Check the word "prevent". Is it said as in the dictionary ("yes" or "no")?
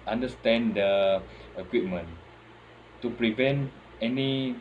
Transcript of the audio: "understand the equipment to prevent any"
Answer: yes